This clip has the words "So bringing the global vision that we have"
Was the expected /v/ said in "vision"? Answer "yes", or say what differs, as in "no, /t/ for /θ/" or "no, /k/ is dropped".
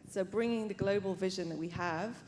yes